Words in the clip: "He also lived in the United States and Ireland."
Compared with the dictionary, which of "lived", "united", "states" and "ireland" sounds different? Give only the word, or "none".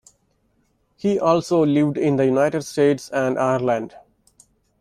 none